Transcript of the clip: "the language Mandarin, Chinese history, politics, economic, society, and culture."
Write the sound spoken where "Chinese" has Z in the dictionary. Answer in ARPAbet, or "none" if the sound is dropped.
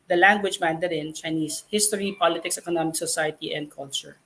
S